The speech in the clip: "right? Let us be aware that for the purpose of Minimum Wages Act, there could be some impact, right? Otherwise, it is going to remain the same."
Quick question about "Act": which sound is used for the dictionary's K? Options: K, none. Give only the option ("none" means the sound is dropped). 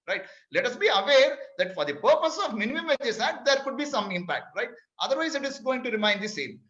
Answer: none